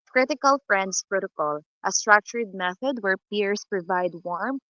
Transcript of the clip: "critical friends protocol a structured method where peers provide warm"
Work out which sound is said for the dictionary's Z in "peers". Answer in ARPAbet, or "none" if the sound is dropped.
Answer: S